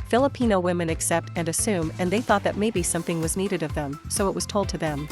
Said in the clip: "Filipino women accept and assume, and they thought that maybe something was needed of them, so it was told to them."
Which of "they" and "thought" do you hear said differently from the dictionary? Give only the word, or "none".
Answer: none